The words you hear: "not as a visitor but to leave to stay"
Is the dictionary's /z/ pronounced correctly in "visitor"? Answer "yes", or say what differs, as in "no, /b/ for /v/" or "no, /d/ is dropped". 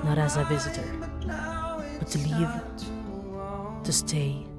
yes